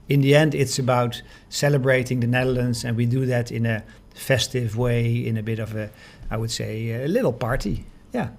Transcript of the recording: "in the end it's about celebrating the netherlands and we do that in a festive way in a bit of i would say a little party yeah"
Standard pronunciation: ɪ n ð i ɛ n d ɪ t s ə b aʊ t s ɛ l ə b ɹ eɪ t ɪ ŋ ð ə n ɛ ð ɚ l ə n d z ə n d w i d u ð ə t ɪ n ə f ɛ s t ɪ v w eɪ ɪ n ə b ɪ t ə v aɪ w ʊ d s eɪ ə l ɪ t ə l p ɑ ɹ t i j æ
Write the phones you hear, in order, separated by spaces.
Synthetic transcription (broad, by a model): ɪ n ð i ɛ n d ɪ t s ə b aʊ t s ɛ l ə b ɹ eɪ t ɪ ŋ ð ə n ɛ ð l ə n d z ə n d w i d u ð ə t ɪ n ə f ɛ s t ɪ v w eɪ ɪ n ə b ɪ t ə v aɪ w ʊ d s eɪ ə l ɪ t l p ɑ ɹ t i j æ